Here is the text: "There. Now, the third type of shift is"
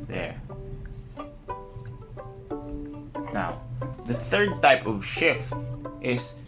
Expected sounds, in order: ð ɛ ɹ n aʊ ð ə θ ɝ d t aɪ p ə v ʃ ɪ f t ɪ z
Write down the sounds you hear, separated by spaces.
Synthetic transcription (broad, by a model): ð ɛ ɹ n aʊ ð ə θ ɝ d t aɪ p ə v ʃ ɪ f t ɪ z